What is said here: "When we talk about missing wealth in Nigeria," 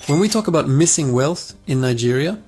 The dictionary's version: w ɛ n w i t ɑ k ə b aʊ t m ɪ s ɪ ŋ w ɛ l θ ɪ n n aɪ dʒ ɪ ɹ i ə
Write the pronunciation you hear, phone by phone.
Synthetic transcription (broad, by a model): w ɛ n w i t ɑ k ə b aʊ t m ɪ s ɪ ŋ w ɛ l θ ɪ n n aɪ dʒ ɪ ɹ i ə